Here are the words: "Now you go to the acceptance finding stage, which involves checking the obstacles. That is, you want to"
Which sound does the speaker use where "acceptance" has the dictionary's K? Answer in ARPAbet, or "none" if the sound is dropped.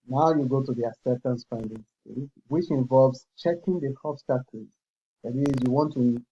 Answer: none